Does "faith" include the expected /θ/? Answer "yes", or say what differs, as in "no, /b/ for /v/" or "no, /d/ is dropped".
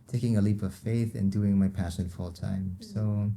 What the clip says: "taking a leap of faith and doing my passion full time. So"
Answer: yes